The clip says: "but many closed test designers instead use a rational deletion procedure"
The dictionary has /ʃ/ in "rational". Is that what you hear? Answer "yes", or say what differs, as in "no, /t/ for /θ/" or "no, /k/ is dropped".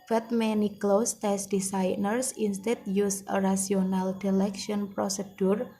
no, /s/ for /ʃ/